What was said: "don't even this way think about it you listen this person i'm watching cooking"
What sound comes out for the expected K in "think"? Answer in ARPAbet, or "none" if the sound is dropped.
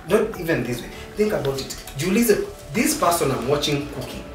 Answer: K